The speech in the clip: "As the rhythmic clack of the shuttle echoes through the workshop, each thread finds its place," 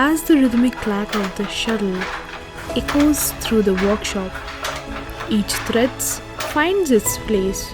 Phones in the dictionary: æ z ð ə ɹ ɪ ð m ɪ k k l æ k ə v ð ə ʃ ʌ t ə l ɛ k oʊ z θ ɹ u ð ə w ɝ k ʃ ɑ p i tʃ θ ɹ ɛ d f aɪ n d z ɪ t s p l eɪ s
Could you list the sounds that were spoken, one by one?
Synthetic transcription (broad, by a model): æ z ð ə ɹ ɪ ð m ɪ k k l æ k ə v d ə ʃ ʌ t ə l ɛ k oʊ z t ɹ u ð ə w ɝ k ʃ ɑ p i tʃ t ɹ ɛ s f aɪ n d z ɪ t s p l eɪ s